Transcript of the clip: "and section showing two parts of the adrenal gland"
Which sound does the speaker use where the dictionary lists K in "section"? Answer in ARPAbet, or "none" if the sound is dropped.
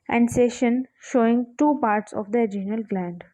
none